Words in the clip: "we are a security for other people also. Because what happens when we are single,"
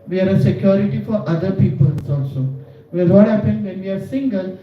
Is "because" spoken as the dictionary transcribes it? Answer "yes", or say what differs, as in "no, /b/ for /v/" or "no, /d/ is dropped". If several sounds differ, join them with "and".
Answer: no, /k/ is dropped